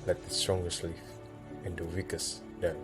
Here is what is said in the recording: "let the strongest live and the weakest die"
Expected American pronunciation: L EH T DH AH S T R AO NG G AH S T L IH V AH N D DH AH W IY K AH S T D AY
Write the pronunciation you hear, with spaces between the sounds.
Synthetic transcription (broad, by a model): L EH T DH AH S T R AO NG G AH S T L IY F AH N D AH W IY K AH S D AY